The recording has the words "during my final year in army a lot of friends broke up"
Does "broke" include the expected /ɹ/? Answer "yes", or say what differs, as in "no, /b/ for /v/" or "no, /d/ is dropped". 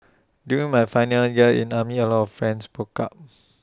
no, /ɹ/ is dropped